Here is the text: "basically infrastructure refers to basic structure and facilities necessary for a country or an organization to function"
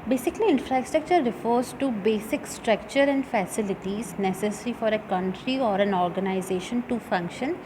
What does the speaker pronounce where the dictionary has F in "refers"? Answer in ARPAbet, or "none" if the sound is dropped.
F